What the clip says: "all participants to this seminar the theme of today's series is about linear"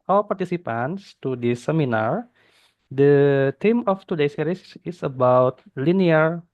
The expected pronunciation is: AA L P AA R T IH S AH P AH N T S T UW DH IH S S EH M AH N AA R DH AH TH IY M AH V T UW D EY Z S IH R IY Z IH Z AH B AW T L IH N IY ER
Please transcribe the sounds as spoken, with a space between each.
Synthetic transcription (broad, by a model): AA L P AA R T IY S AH P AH N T S T UW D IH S S EH M AH N AA R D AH T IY M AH F T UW D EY S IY R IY S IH S AH B AW T L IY N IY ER